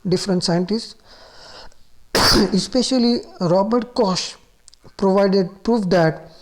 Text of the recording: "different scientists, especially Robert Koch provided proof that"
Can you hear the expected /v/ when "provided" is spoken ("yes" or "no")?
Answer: yes